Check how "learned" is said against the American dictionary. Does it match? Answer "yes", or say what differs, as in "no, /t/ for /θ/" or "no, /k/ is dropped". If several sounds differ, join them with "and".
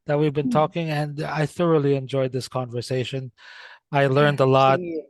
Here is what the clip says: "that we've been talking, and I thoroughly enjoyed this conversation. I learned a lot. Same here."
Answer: yes